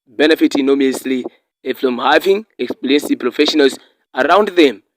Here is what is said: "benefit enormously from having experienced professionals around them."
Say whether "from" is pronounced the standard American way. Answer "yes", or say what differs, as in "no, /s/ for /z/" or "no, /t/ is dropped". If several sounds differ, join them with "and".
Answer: no, /l/ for /ɹ/